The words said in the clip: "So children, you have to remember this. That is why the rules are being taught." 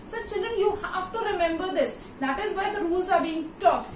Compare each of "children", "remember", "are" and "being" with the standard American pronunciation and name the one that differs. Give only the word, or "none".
none